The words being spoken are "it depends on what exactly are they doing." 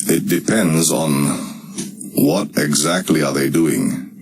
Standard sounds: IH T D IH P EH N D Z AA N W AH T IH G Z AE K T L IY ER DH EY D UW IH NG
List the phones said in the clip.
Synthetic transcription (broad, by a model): IH T D IH P EH N D Z N W AH T IH G Z AE K T L IY ER DH EY D UW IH NG